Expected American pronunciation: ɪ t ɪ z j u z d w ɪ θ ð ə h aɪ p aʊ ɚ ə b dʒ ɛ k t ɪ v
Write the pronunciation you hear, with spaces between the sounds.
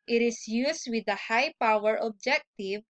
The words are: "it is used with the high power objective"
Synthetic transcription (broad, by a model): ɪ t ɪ s j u s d w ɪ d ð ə h aɪ p aʊ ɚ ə b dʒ ɛ k t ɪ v